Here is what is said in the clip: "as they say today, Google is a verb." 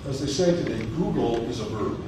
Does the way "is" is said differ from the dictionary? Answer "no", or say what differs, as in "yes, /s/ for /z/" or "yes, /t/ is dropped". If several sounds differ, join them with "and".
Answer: no